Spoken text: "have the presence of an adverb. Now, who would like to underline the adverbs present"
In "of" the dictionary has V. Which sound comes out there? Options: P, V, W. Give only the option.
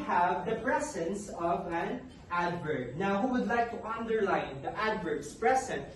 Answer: V